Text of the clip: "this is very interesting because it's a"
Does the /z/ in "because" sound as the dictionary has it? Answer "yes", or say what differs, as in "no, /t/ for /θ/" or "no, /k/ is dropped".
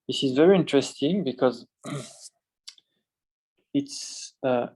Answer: yes